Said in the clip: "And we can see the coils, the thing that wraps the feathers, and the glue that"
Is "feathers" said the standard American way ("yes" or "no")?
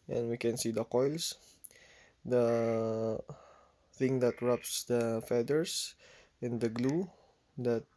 no